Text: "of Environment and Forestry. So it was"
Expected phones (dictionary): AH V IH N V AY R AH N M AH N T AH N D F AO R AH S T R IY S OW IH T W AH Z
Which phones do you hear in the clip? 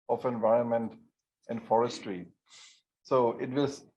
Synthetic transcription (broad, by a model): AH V IH N V AY R AH N M AH N T AH N D F AO R AH S T R IY S OW IH T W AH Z